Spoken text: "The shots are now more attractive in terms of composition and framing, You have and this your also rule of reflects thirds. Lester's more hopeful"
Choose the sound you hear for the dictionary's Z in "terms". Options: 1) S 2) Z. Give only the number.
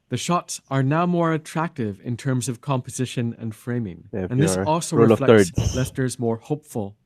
2